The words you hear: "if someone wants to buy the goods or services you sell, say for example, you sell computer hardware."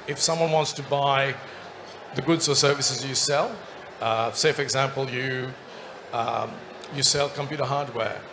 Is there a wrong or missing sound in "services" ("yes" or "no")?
no